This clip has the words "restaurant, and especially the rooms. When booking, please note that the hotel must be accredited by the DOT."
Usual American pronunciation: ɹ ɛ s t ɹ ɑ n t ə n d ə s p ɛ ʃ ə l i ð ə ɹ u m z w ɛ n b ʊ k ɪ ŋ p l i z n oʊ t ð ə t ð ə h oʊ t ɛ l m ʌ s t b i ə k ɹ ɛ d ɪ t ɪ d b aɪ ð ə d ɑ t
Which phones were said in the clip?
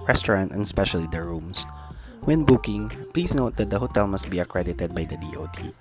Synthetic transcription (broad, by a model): ɹ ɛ s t ɹ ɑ n t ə n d s p ɛ ʃ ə l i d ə ɹ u m s w ɛ n b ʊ k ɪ ŋ p l i s n oʊ t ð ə t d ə h oʊ t ɛ l m ʌ s t b i ə k ɹ ɛ d ɪ t ɪ d b aɪ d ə d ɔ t